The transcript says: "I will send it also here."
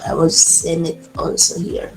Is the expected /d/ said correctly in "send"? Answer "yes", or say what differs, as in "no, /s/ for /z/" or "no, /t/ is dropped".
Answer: no, /d/ is dropped